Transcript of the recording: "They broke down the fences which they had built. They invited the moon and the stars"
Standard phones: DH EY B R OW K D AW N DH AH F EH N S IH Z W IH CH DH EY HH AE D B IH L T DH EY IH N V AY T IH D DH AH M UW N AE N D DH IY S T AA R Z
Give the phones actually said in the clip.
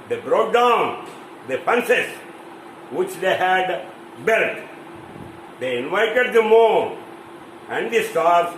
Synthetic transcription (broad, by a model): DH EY B R OW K D AW N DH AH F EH N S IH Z W IH CH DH EY HH AE D B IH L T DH EY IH N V AY T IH D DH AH M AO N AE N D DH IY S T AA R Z